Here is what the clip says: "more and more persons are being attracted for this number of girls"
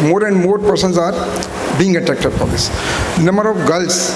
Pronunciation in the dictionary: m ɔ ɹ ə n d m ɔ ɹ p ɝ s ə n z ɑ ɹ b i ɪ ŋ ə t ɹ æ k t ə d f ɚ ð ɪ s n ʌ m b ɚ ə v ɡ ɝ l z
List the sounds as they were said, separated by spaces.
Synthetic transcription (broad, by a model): m ɔ ɹ ə n d m ɔ ɹ p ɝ s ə n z ɑ ɹ b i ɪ ŋ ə t æ k t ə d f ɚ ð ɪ s n ʌ m b ɚ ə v ɡ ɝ l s